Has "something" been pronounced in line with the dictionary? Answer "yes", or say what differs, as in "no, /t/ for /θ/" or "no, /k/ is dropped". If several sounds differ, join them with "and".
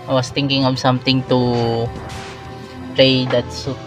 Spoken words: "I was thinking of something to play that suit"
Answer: no, /t/ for /θ/